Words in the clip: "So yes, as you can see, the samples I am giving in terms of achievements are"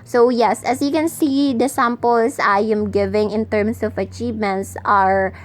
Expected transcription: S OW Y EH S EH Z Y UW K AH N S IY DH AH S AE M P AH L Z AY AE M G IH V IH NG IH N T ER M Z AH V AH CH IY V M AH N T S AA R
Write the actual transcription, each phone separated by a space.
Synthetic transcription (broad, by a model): S OW Y EH S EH S Y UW K AH N S IY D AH S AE M P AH L S AY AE M G IH V IH NG IH N T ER M S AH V AH CH IY V M AH N T S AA R